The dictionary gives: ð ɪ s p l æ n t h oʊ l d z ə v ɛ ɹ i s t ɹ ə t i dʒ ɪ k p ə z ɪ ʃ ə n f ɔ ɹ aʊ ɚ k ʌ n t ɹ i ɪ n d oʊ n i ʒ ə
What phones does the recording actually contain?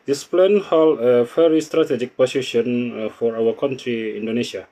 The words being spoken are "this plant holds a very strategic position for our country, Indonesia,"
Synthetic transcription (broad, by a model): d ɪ s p l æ n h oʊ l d ə f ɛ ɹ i s t ɹ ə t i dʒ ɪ k p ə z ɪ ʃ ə n f ɔ ɹ aʊ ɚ k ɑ n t ɹ i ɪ n d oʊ n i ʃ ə